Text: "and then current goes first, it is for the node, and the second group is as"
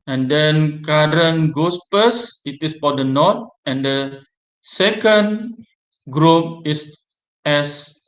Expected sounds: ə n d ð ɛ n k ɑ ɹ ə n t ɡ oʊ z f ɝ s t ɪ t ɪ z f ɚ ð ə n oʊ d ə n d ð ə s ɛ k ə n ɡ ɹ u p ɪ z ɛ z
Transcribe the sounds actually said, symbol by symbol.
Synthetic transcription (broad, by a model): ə n d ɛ n k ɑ ɹ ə n ɡ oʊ s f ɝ s ɪ t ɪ s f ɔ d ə n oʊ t ə n d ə s ɛ k ə n ɡ ɹ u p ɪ s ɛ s